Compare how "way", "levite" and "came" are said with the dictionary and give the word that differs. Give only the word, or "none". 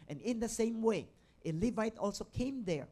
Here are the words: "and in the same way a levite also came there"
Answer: none